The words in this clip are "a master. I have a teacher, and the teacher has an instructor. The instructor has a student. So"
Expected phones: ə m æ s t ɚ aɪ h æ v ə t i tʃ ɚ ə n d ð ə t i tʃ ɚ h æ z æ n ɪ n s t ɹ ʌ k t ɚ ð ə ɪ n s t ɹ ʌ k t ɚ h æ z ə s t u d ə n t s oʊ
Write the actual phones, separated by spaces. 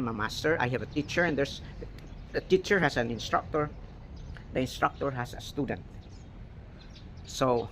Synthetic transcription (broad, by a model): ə m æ s t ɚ aɪ h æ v ə t i tʃ ɚ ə n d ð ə t i tʃ ɚ h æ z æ n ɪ n s t ɹ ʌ k t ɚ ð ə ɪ n s t ɹ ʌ k t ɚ h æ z ə s t u d ə n t s oʊ